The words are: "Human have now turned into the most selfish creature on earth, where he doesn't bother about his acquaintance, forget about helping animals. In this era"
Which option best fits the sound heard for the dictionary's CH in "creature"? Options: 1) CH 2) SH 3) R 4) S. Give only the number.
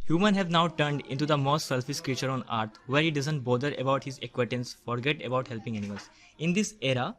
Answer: 1